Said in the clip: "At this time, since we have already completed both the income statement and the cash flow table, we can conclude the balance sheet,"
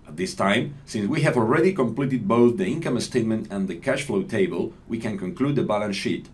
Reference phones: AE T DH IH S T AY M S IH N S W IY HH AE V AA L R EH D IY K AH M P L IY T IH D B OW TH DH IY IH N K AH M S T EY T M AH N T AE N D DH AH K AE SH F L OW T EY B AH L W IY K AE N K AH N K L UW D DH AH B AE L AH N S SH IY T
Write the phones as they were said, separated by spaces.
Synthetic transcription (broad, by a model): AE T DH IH S T AY M S IH N S W IY HH AE V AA L R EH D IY K AH M P L IY T IH D B OW TH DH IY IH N K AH M S T EY T M AH N T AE N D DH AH K AE SH F L OW T EY B AH L W IY K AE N K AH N K L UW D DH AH B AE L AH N SH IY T